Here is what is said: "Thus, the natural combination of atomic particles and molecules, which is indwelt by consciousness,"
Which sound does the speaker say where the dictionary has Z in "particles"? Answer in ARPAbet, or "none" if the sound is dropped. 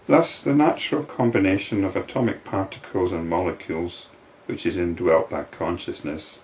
Z